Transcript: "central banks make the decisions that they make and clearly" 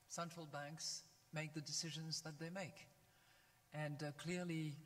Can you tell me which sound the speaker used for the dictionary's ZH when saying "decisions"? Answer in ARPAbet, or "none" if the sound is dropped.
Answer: ZH